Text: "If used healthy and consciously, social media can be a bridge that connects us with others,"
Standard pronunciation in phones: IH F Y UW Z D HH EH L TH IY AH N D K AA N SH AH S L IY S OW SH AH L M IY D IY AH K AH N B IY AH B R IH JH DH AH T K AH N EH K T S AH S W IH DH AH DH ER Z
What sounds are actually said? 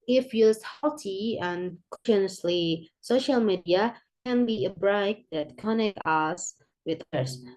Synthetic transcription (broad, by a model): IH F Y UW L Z HH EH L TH IY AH N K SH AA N AH S L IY S OW SH AH L M IY D IY AH K AH N B IY AH B R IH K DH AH T K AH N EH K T AH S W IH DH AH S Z